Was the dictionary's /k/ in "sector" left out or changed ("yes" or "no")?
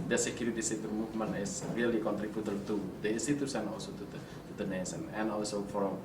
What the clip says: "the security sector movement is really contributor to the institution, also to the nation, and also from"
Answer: yes